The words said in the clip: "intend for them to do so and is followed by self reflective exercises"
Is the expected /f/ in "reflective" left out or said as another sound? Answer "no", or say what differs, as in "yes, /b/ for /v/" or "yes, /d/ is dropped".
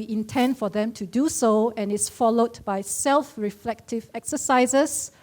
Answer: no